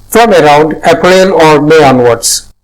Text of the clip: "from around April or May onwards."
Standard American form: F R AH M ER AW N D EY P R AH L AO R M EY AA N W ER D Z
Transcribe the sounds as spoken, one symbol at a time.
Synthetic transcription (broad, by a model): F R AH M ER AW N D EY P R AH N AO R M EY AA N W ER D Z